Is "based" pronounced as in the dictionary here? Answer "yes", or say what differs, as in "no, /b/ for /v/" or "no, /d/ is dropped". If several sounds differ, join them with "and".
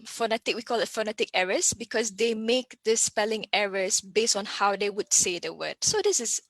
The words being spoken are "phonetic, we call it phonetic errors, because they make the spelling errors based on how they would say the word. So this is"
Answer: yes